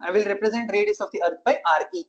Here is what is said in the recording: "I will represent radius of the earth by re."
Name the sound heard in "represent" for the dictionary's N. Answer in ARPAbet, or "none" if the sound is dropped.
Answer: N